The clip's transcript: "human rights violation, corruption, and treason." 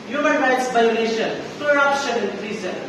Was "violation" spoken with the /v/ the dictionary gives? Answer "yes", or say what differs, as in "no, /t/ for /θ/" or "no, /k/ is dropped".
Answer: no, /b/ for /v/